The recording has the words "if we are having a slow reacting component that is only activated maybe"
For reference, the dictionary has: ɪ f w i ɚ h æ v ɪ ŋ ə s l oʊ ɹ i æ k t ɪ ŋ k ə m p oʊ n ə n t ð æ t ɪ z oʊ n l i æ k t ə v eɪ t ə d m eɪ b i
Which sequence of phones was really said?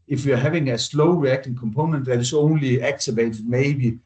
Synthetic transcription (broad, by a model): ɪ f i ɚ h æ v ɪ ŋ ə s l oʊ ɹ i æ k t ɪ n k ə m p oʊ n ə n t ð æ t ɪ s oʊ n l i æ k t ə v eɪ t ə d m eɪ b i